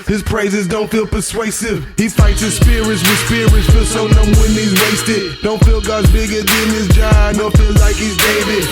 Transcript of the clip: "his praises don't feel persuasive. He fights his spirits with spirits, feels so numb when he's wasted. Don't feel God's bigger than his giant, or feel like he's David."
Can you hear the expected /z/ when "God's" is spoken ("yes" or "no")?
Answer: yes